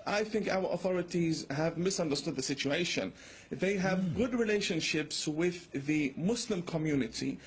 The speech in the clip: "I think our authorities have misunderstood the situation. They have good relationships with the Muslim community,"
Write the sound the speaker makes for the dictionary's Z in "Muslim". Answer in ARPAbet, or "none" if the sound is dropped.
S